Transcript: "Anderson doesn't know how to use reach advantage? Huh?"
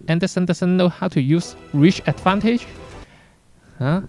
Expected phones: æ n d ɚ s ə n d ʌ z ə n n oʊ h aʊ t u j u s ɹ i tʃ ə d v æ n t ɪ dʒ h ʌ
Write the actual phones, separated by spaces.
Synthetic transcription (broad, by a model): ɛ n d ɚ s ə n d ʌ s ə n n oʊ h aʊ t u j u s ɹ i tʃ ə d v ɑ n t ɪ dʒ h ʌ